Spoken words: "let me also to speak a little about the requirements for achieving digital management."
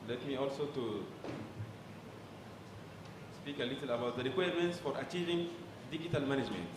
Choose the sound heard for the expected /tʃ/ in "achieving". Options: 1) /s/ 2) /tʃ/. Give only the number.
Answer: 2